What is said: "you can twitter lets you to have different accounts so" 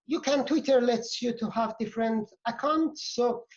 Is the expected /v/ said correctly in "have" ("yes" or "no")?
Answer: yes